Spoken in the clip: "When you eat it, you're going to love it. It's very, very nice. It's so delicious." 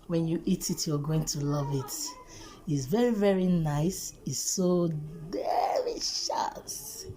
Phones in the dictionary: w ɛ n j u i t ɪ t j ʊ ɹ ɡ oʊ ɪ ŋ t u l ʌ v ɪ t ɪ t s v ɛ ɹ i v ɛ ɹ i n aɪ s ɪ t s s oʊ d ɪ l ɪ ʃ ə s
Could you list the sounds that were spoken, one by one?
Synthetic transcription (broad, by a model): w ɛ n j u i t ɪ t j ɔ ɡ oʊ ɪ ŋ t u l ʌ v ɪ t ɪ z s v ɛ ɹ i v ɛ ɹ i n aɪ s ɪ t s s oʊ d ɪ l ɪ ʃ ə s